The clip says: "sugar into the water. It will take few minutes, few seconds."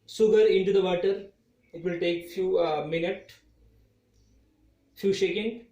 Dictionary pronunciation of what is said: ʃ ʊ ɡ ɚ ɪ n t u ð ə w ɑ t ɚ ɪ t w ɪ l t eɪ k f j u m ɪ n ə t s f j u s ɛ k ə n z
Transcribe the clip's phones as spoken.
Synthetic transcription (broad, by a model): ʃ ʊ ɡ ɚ ɪ n t u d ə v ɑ t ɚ ɪ t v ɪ l t eɪ k f j u m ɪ n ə t f j u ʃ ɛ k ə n